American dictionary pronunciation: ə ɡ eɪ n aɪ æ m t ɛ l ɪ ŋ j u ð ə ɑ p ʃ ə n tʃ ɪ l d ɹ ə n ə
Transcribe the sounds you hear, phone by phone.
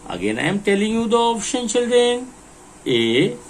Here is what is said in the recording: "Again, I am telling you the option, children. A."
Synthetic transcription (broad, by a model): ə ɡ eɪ n aɪ m t ɛ l ɪ ŋ j u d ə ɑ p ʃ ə n tʃ ɪ l d ɹ ə n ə